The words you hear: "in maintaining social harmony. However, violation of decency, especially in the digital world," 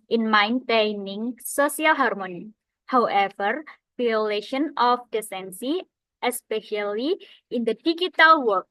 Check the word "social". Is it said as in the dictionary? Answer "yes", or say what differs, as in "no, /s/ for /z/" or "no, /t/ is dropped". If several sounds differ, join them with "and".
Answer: no, /s/ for /ʃ/